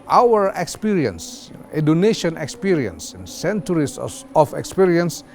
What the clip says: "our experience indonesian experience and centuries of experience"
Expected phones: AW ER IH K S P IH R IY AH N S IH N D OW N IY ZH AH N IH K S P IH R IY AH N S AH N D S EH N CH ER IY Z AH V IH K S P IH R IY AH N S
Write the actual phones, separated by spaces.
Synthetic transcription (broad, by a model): AW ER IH K S P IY R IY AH N S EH D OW N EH SH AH N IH K S P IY R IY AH N S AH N S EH N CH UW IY S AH F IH K S P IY R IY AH N S